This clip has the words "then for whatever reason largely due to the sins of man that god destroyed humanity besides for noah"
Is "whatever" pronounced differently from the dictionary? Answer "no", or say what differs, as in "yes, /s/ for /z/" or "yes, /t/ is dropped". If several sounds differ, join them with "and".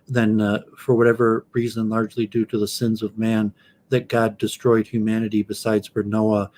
no